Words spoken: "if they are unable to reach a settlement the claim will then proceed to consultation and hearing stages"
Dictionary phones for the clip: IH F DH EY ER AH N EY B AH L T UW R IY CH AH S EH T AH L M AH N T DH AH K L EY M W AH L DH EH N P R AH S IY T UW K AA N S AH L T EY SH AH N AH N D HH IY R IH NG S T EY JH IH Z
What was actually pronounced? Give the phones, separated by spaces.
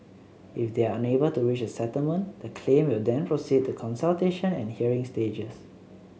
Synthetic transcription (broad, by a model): IH F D EY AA AH N EY B AH L T UW R IY CH AH S EH T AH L M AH N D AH K L EY M W AH L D EH N P R AH S IY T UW K AA N S AH L T EY SH AH N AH N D HH IY R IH NG S T EY JH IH S